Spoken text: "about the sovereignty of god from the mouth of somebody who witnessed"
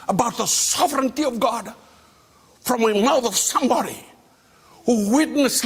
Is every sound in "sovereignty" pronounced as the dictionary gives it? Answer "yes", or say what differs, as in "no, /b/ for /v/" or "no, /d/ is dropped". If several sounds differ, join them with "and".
yes